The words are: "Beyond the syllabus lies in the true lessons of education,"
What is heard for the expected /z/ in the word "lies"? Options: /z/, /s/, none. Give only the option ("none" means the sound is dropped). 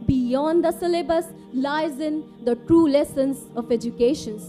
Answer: /z/